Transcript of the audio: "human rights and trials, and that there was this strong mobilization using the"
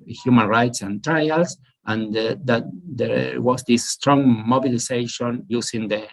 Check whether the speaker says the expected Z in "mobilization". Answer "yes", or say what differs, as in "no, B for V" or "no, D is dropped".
no, S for Z